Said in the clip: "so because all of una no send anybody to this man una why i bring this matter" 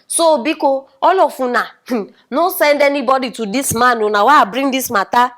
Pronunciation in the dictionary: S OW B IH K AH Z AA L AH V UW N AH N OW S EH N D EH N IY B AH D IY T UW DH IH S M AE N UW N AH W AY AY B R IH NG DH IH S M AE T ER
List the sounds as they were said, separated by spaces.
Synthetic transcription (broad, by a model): S OW B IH K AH AA L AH F UW N AH N OW S EH N D EH N IY B AH D IY T UW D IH S M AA N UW N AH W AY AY B R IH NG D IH S M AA T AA